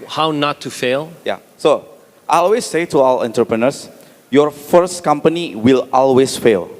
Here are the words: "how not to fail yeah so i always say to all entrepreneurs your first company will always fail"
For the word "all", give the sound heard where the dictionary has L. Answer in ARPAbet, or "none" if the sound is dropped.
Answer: W